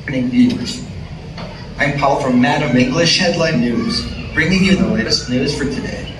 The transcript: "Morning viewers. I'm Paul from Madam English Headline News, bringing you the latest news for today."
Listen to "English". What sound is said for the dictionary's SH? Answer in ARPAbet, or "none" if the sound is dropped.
SH